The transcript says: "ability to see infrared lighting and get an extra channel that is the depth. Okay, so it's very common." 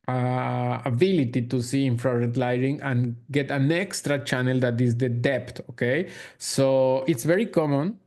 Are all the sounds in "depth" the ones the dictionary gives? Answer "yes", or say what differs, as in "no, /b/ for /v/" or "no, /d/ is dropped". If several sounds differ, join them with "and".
no, /t/ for /θ/